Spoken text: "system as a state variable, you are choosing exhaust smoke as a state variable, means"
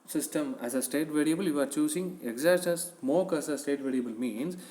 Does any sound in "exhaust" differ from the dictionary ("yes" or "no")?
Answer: yes